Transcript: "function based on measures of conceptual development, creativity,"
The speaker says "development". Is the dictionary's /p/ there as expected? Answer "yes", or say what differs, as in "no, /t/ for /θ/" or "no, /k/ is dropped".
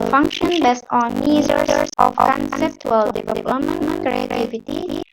no, /p/ is dropped